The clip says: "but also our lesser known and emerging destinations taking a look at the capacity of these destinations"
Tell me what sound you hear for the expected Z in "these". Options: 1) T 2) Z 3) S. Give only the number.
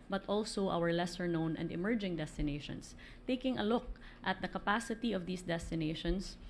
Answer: 3